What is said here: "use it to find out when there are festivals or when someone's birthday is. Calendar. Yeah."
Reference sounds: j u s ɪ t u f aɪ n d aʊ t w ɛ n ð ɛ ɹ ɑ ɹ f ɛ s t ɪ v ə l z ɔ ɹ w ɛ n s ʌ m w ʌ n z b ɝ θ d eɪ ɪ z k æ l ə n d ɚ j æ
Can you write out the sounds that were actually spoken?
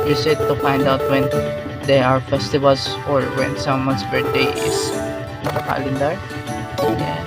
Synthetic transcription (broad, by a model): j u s ɪ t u f aɪ n d aʊ t w ɛ n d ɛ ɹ ɑ ɹ f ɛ s t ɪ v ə l s ɔ ɹ w ɛ n s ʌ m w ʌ n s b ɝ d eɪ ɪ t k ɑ l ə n d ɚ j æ